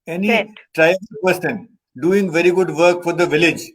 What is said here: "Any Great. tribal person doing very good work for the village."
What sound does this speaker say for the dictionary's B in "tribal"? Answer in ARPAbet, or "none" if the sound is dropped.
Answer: none